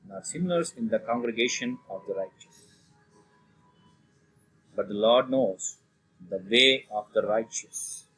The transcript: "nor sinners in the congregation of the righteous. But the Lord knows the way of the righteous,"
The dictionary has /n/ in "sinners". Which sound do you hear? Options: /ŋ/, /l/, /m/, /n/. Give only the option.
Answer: /l/